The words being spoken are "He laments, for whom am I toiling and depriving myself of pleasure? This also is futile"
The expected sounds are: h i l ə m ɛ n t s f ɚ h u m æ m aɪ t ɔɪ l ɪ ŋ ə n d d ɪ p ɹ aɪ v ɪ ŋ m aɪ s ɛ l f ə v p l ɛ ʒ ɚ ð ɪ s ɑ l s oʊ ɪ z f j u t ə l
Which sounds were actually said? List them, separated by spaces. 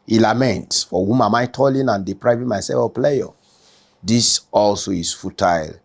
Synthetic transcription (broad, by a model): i l ə m ɛ n t s f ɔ h u m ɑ m aɪ t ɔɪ l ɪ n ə n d d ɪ p ɹ aɪ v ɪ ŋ m aɪ s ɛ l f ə p l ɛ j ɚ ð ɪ s ɑ l s oʊ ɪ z f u t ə l